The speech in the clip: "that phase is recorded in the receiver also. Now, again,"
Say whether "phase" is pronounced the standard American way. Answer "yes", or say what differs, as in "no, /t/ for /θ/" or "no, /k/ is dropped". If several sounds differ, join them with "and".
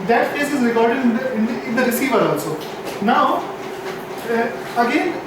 no, /s/ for /z/